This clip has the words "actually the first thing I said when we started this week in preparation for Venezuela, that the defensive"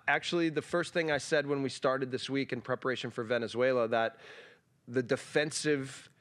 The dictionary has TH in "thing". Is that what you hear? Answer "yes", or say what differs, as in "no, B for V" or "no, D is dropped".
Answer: yes